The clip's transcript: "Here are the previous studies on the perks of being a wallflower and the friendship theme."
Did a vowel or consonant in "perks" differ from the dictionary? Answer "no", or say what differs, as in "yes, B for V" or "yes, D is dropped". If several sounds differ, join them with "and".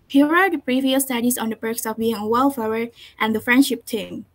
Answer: yes, B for P